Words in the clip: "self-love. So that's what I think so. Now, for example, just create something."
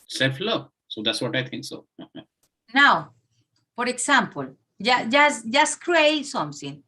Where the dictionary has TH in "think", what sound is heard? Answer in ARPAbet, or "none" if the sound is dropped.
T